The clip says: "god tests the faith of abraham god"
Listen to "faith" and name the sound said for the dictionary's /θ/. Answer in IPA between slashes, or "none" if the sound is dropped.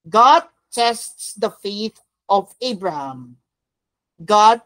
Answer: /t/